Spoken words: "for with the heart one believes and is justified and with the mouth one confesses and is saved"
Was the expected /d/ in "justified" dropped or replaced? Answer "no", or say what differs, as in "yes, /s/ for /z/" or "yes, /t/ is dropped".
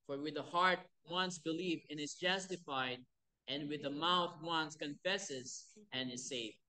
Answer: no